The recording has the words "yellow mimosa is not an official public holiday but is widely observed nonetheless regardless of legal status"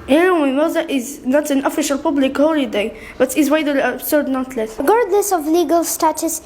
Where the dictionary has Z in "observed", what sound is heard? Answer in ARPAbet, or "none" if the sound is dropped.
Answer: S